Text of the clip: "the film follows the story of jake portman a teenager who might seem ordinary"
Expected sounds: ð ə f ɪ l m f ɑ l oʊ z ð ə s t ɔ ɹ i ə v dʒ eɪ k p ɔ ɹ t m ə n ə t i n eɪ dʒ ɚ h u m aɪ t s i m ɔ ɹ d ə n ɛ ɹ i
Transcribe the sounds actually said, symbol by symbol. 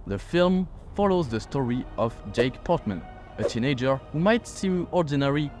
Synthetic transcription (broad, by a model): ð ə f ɪ l m f ɑ l oʊ z ð ə s t ɔ ɹ i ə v dʒ eɪ k p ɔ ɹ t m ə n ə t i n eɪ dʒ ɚ h u m aɪ t s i ɔ ɹ d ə n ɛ ɹ i